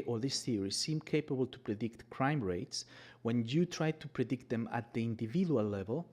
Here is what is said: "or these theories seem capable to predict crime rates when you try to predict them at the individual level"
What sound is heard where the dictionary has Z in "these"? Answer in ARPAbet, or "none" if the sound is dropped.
S